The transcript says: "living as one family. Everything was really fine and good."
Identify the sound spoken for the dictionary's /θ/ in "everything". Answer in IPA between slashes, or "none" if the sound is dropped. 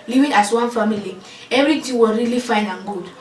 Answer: /t/